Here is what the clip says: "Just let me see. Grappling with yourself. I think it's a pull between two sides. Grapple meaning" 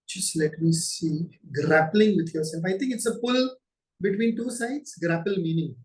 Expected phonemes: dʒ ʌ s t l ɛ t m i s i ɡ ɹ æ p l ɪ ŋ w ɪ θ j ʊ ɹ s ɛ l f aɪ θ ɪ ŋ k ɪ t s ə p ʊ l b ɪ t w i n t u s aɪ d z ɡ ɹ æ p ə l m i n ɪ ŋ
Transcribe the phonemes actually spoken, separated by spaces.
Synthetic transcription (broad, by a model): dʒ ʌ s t l ɛ t m i s i ɡ ɹ æ p l ɪ ŋ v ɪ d j ʊ ɹ s ɛ l f aɪ t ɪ ŋ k ɪ t s ə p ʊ l b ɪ t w i n t u s aɪ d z ɡ ɹ æ p ə l m i n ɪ ŋ